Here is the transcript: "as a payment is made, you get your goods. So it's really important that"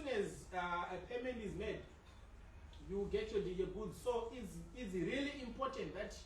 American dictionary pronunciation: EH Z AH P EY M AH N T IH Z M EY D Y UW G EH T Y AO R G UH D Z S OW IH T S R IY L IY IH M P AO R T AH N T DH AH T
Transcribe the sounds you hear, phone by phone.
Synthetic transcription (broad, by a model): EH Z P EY M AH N IH Z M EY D Y UW G EH T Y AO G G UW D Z S OW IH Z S R IY L IY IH M P AO T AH N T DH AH T